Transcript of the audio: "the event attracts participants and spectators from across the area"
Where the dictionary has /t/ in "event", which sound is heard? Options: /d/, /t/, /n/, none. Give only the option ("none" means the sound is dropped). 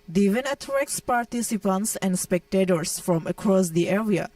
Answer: none